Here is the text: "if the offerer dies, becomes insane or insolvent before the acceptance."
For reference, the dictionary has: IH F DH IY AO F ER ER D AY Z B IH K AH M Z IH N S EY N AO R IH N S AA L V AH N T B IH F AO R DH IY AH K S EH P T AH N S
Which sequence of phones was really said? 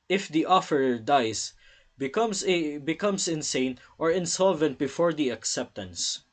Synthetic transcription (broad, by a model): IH F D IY AO F ER ER D AY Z B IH K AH M S IH N S EY N AO R IH N S AA L V AH N T B IH F AO R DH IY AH K S EH P T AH N S